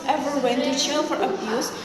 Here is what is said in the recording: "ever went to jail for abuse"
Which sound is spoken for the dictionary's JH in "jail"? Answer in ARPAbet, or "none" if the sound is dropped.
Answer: CH